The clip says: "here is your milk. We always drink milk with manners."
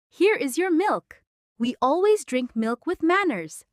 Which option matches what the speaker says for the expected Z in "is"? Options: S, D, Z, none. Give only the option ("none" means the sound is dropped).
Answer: Z